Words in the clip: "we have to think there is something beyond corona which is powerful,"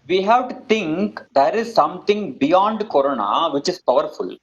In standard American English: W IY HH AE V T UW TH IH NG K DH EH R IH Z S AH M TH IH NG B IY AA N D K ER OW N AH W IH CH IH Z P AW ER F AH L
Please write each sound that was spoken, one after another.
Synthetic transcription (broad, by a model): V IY HH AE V T UW T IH NG K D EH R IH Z S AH M T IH NG B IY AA N D K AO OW N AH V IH CH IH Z P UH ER F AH L